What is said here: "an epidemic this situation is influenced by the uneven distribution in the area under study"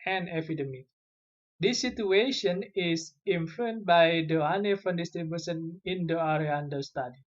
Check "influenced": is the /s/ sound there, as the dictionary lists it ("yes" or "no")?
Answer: no